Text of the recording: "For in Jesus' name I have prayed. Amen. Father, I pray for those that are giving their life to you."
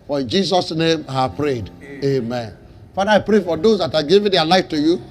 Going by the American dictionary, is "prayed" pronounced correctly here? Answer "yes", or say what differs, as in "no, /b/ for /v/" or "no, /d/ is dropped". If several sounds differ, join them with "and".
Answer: yes